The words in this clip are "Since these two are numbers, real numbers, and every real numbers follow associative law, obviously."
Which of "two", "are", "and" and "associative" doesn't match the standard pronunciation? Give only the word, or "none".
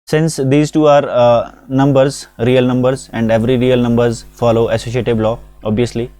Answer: associative